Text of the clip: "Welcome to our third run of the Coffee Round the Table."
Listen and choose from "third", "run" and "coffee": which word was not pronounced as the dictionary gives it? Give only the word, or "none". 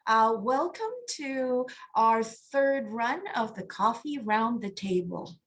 none